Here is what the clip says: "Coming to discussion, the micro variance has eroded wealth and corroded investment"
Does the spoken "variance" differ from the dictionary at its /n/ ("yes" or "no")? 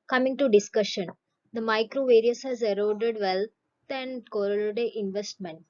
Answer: yes